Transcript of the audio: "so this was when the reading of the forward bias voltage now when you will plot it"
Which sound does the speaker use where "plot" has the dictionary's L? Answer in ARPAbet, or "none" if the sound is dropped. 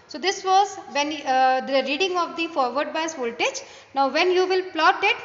L